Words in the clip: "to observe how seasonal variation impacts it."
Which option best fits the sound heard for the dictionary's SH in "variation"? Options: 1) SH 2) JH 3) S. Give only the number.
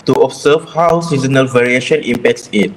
1